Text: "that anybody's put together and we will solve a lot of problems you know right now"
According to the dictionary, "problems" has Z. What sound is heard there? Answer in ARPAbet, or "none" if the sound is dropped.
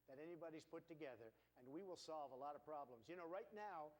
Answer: Z